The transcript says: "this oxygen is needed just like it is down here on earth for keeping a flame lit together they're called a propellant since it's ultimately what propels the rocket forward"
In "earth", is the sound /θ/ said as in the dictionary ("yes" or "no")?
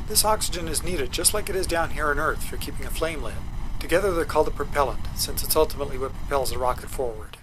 yes